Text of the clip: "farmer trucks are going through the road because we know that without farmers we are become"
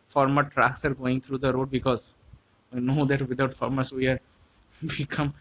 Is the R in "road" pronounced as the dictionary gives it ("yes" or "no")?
yes